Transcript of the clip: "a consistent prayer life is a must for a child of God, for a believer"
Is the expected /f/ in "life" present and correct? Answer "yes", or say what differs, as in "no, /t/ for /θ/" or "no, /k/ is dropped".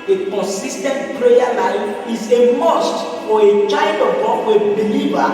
no, /f/ is dropped